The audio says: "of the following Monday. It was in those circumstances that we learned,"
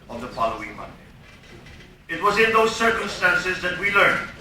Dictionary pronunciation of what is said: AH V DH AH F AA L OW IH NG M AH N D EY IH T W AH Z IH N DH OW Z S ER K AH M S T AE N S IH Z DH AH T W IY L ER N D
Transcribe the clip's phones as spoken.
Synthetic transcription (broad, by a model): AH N DH AH F AA L OW IH NG M AH N D EY IH T W AH Z IH N DH OW Z S ER K AH M S T AE N S IH Z DH AH T W IY L ER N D